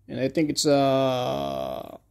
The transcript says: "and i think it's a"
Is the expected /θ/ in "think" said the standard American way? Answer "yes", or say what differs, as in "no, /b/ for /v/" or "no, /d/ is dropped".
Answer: yes